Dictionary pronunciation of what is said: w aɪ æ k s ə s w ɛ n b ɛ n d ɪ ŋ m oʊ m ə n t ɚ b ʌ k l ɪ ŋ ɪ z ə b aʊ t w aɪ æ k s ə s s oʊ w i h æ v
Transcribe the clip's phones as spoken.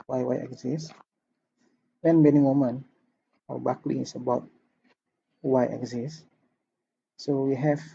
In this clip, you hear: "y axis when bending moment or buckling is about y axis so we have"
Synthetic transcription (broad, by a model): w aɪ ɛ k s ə s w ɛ n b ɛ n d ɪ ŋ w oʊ m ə n ɔ b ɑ k l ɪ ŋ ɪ s ə b aʊ t w aɪ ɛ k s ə s s oʊ w i h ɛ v